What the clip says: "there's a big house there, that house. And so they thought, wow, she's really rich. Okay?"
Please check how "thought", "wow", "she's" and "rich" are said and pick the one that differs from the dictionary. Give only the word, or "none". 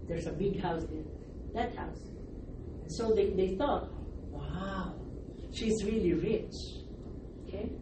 none